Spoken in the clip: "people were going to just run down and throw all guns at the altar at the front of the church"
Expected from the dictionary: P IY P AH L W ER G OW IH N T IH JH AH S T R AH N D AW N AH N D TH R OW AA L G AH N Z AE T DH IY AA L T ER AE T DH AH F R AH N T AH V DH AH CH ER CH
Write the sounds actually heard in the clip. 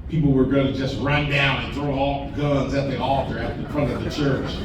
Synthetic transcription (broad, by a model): P IY P L W ER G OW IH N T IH JH AH S T R AH N D AW N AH N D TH R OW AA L G AH N Z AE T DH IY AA T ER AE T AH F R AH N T AH V DH AH CH ER CH